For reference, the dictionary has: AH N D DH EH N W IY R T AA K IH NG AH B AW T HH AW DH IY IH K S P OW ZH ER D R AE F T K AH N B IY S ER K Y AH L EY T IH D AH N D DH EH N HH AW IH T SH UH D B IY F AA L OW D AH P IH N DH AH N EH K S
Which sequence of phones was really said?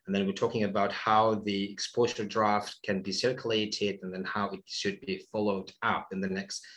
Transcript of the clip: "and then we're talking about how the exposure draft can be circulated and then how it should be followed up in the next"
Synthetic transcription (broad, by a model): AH N DH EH N W IY R T AA K IH NG AH B AW T HH AW DH IY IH K S P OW Z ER D R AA F T K AH N B IY S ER K Y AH L EY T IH D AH N DH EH N HH AW IH T SH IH D B IY F AA L OW D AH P IH N DH AH N EH K S